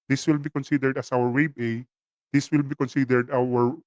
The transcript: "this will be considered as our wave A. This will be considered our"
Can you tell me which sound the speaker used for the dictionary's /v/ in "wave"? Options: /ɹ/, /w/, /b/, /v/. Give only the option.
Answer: /b/